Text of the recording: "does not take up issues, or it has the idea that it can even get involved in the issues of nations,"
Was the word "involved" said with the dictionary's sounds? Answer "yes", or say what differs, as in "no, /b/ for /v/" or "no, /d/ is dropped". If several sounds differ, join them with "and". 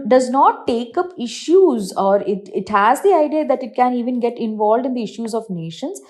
yes